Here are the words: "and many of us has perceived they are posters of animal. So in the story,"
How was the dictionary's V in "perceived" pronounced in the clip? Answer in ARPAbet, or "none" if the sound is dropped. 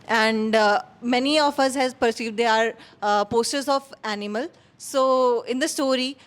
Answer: V